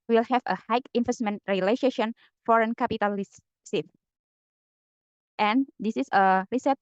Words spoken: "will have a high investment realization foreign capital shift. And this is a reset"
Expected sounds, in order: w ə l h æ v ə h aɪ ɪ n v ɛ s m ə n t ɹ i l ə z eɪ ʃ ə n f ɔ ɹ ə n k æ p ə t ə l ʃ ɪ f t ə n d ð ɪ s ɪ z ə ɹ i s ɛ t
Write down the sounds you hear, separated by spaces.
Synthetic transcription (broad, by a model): w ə l h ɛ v ə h aɪ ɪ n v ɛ s m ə n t ɹ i l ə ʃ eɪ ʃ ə n f ɔ ɹ ə n k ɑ p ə t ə l s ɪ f t ə n d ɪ s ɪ s ə ɹ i s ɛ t